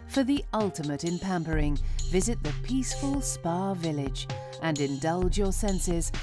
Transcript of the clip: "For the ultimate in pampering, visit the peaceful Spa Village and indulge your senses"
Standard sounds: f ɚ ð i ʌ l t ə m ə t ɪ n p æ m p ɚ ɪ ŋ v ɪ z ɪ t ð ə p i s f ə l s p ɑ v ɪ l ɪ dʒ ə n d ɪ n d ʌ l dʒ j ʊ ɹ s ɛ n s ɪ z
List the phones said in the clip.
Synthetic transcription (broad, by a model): f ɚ ð i ʌ l t ə m ə t ɪ n p æ m p ɚ ɪ ŋ v ɪ z ɪ t ð ə p i s f ə l s p ɑ v ɪ l ɪ dʒ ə n ɪ n d ʌ l dʒ j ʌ ɹ s ɛ n s ɪ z